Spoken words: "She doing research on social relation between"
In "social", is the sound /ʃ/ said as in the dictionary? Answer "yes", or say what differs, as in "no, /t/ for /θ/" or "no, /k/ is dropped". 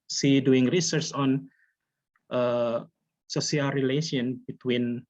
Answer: no, /s/ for /ʃ/